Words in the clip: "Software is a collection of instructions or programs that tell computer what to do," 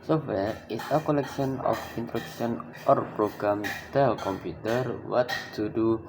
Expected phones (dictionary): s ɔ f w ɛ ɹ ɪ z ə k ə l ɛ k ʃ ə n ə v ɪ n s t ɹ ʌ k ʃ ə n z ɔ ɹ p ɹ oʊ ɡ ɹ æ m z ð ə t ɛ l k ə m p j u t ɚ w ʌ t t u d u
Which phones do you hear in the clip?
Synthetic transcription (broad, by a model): s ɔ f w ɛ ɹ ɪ s ə k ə l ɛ k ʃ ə n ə f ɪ n t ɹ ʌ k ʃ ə n ɔ ɹ p ɹ oʊ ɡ ɹ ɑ m t ɛ l k ə m p j u t ɚ w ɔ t t u d u